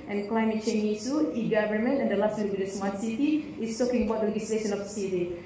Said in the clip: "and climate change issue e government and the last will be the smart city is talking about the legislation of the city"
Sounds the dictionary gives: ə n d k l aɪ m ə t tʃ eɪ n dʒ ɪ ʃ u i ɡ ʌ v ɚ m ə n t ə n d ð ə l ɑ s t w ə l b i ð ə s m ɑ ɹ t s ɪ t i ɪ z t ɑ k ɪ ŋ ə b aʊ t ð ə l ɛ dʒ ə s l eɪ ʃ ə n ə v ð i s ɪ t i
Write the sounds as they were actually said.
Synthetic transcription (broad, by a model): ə n k l aɪ m ə t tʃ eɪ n i s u i ɡ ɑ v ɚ m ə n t ə n d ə l ɑ s t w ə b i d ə s m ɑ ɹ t s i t i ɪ s t ɑ k ɪ ŋ ə b aʊ t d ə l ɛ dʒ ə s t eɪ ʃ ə n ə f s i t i